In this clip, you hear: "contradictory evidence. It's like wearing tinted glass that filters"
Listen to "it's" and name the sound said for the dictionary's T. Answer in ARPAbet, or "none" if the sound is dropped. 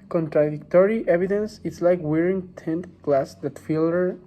T